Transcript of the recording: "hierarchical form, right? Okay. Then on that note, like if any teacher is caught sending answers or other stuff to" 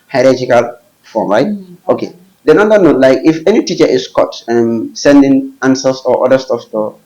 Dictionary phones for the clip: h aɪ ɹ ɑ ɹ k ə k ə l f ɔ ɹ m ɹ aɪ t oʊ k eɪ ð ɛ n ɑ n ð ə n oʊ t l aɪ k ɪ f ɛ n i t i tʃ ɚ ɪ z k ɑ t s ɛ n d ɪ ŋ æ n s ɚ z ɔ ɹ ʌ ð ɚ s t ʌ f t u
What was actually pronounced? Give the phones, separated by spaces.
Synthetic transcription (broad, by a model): h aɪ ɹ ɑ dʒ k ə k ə l f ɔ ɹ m ɹ aɪ t oʊ k eɪ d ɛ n ɑ n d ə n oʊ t l aɪ k ɪ f ɛ n i t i tʃ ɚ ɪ s k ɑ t s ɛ n d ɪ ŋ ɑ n s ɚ s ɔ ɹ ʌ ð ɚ s t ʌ f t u